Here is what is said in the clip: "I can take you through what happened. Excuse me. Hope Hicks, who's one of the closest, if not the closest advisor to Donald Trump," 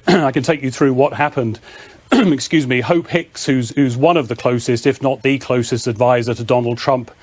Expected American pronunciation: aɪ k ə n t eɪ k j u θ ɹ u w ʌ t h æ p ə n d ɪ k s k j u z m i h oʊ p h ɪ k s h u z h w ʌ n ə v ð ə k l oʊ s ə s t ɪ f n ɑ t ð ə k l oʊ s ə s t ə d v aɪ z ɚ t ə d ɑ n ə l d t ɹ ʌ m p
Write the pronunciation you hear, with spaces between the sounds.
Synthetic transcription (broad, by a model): aɪ k ə n t eɪ k j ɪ θ ɹ u w ʌ t h æ p ə n d ɪ k s k j u z m i h oʊ p h ɪ k s h u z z w ʌ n ə v ð ə k l oʊ s ə s t ɪ f n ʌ t ð ə k l oʊ s ə s t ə d v aɪ z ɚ t ə d ɑ n l d t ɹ ʌ m p